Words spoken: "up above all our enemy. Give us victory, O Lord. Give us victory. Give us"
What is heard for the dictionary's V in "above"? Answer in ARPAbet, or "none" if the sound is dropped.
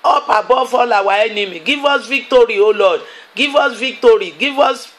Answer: F